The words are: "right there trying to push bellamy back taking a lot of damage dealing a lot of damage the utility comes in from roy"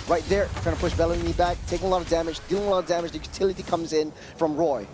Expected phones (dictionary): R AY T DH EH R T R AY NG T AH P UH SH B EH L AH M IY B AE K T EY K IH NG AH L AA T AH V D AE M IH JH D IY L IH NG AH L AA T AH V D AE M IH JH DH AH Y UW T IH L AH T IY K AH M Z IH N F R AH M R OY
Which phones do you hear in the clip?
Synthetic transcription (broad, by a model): R AY T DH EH R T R AY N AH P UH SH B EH L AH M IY B AE K T EY K IH NG AH L AA T AH V D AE M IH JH D IY L IH NG AH L AA T AH V D AE M IH JH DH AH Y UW T IH L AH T IY K AH M Z IH N F R AH M R OY